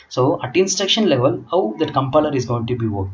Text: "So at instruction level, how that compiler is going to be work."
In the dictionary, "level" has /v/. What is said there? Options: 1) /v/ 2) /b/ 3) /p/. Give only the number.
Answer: 1